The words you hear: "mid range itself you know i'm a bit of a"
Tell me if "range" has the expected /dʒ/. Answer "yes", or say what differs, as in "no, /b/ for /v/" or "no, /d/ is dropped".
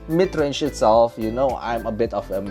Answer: no, /ʃ/ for /dʒ/